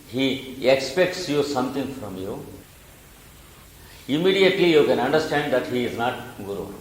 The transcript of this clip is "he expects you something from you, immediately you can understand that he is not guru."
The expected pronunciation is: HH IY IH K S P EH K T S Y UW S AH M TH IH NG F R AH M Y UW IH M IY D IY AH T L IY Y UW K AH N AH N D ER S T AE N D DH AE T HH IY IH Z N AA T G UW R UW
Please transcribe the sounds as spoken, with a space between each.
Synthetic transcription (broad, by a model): HH IY IH K S P EH K T S Y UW S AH M T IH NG F R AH M Y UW IH M IY D IY AH T L IY Y UW K AH N AH N D ER S T AE N D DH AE T HH IY IH Z N AA T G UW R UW